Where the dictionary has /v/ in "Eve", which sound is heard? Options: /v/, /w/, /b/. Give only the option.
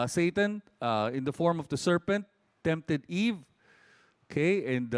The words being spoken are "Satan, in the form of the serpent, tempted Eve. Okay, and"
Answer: /v/